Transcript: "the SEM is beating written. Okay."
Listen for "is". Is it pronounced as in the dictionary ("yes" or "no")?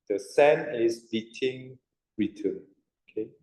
no